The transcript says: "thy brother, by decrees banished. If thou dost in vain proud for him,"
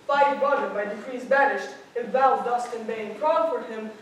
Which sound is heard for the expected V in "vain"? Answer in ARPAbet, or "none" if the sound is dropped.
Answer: B